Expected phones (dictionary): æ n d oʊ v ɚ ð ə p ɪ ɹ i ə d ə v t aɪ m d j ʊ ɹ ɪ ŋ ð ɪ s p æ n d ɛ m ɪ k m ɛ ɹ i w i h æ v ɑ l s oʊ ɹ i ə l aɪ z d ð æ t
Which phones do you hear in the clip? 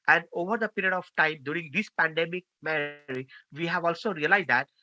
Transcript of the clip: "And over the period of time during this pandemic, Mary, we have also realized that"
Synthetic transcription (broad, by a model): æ n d oʊ v ɚ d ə p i ɹ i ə d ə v t aɪ m d j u ɹ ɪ ŋ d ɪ s p æ n d ɛ m ɪ k m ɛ ɹ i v i h æ v ɑ l s oʊ ɹ i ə l aɪ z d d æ t